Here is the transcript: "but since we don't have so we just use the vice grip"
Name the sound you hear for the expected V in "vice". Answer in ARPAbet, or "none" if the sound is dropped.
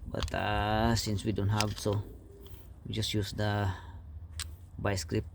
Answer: B